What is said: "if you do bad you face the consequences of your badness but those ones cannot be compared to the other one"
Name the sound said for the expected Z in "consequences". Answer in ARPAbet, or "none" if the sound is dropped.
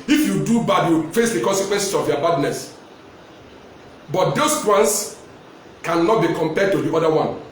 S